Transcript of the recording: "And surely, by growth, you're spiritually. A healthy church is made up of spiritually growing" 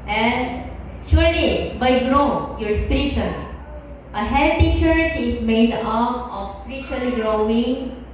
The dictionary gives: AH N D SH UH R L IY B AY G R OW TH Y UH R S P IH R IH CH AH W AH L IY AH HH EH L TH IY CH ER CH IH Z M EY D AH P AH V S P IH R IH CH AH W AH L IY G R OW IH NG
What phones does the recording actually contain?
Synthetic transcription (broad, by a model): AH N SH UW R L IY B AY G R OW Y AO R S P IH R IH CH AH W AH L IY AH HH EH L T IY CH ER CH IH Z M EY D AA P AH F S P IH R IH CH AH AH L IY G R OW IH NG